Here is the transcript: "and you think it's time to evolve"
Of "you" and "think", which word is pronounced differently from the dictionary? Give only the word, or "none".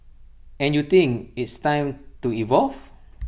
think